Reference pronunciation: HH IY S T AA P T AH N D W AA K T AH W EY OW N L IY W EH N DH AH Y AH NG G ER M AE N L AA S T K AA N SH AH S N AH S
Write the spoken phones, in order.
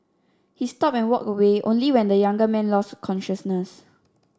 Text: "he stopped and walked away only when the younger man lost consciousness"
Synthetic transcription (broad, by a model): HH IY S T AA P AH N W AA K AH W EY OW N L IY W EH N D AH Y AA NG G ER M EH N L AA S T K AA N SH AH S N AH S